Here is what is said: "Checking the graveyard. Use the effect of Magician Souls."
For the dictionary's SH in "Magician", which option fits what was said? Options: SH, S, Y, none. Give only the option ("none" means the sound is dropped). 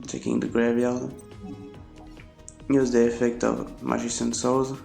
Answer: S